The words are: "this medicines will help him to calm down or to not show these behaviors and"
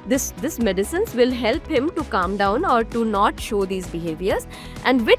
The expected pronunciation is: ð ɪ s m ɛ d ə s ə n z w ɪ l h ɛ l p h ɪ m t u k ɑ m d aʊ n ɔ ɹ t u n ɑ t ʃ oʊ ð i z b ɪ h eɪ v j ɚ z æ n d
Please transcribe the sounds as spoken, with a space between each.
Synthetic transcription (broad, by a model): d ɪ s m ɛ d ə s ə n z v ɪ l h ɛ l p h ɪ m t u k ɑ m d aʊ n ɔ ɹ t u n ɑ t ʃ oʊ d i z b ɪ h eɪ v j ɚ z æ n d